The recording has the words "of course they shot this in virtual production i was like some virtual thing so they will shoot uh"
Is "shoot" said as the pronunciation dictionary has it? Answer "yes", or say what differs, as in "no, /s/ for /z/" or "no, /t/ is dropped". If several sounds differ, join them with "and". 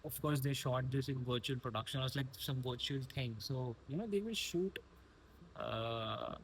yes